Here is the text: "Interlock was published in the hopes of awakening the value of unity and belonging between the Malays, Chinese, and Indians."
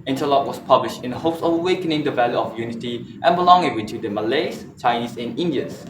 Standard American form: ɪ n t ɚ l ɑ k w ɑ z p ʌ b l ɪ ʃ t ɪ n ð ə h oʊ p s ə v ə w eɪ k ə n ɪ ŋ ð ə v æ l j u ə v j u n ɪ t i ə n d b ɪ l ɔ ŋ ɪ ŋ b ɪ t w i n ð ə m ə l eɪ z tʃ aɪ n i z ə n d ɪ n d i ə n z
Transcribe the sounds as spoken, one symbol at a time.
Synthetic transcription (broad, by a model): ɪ n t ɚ l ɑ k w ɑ s p ʌ b l ɪ ʃ t ɪ n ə h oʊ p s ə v ə w eɪ k ə n ɪ ŋ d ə v æ l j u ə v j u n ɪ t i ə n b ɪ l ɔ ŋ ɪ ŋ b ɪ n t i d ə m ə l eɪ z tʃ aɪ n i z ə n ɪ n d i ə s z